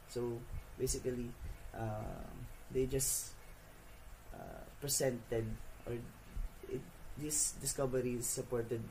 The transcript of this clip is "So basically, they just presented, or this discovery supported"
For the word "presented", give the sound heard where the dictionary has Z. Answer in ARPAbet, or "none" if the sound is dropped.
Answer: S